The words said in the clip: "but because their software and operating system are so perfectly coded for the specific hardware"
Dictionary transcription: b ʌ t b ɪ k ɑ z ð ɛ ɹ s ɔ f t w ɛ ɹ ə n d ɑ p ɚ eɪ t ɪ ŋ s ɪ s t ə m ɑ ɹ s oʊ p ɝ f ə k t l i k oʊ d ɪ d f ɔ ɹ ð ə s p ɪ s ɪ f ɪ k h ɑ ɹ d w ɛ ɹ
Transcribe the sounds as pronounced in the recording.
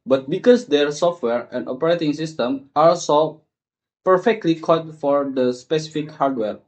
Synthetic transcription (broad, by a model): b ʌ t b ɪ k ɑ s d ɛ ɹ s ɔ f t w ɛ ɹ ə n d ɑ p ɚ eɪ t ɪ ŋ s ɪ s t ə m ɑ l s oʊ p ɝ f ə k t l i k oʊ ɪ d f ɔ ɹ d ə s p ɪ s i f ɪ k h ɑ ɹ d w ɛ ɹ